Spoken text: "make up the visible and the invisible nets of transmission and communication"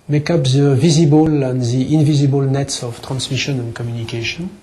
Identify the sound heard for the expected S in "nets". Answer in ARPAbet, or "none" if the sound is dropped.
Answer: S